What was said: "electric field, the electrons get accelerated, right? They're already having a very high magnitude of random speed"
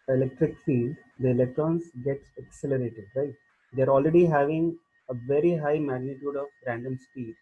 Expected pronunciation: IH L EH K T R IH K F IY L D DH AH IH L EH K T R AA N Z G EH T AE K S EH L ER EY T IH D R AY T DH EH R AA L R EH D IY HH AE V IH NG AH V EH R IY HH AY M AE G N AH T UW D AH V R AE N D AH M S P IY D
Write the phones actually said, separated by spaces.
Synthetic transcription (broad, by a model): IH L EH K T R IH K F IY D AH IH L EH K T R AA N S G EH T AE K S EH L ER EY T IH D R AY T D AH R AA L R EH D IY HH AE V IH NG AH V EH R IY HH AY M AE G N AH T UW D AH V R AE N D AH M S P IY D